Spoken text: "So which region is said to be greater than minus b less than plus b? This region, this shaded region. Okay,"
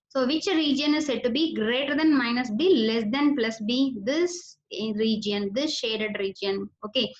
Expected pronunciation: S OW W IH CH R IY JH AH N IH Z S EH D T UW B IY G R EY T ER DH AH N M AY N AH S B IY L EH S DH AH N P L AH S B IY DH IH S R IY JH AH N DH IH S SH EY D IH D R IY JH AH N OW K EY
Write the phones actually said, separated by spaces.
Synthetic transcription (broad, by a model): S OW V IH CH R IY JH AH N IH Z S EH D T UW B IY G R EY T ER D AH N M AY N AH S B IY L EH S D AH N P L AH S B IY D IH S R IY JH AH N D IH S SH EY D IH D R IY JH AH N OW K EY